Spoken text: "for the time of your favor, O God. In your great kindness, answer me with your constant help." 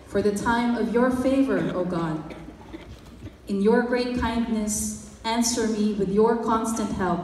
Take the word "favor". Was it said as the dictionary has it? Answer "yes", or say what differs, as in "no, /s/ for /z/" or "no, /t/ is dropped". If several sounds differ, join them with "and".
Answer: yes